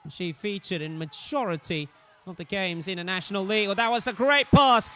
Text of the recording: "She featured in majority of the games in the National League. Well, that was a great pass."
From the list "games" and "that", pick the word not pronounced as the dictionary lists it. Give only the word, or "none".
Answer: none